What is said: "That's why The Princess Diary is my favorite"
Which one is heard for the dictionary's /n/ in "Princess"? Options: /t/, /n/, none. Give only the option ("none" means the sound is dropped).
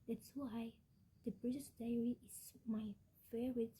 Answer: none